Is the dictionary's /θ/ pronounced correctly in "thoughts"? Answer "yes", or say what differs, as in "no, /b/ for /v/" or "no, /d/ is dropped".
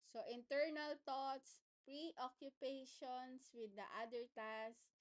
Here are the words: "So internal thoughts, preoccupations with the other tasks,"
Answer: no, /t/ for /θ/